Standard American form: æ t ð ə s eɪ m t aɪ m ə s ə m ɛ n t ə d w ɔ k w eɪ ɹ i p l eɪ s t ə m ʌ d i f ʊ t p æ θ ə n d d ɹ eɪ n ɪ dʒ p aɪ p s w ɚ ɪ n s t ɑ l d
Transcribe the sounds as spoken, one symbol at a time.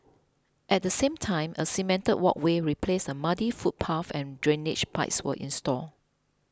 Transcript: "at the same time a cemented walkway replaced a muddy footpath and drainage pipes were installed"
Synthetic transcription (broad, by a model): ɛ t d ə s eɪ m t aɪ m ə s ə m ɛ n t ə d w ɔ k w eɪ ɹ i p l eɪ s ə m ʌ d i f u t p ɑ f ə n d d ɹ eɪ n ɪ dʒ p aɪ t s w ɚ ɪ n s t ɑ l